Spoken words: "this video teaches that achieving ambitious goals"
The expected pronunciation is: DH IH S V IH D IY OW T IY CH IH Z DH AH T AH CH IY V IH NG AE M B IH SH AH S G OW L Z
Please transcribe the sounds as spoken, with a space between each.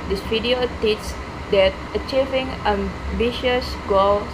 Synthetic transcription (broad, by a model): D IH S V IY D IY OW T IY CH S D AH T AH CH IY V IH NG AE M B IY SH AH S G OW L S